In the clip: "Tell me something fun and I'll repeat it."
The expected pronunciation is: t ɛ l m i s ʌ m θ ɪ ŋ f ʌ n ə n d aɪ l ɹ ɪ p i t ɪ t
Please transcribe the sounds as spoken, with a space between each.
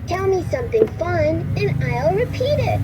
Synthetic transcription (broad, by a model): t ɛ l m i s ʌ m θ ɪ ŋ f ʌ n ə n aɪ l ɹ ɪ p i t ɪ t